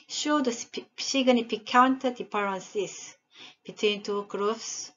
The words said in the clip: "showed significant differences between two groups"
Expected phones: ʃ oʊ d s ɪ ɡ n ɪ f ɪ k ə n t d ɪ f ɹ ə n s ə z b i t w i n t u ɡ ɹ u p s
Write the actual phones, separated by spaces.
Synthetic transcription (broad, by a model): ʃ oʊ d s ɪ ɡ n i p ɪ k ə n t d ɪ p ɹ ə n s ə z b i t w i n t u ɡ ɹ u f s